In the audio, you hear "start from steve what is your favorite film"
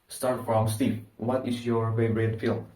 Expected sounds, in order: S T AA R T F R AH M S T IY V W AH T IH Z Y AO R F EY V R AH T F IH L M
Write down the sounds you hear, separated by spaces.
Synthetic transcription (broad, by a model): S T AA R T F R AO M S T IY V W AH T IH S Y AO R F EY B R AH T F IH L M